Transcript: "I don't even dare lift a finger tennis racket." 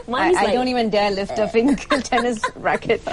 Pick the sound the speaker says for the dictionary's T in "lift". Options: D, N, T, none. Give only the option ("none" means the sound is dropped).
T